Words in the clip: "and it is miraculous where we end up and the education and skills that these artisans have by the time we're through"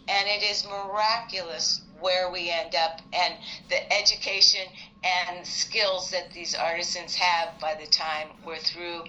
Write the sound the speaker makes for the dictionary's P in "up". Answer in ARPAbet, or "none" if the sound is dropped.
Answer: P